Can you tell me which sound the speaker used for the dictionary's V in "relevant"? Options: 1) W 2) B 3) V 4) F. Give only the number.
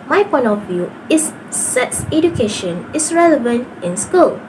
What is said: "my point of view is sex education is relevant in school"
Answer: 3